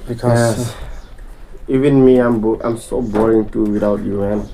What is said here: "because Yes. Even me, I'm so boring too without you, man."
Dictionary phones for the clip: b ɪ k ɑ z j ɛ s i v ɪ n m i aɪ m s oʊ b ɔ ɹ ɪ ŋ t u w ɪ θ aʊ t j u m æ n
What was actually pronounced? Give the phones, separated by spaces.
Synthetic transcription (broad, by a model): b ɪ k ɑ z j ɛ i v ɪ n m i aɪ m s oʊ b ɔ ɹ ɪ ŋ t u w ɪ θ aʊ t j u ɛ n